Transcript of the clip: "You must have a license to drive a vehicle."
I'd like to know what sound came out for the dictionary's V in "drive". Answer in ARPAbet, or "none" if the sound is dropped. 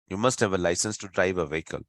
V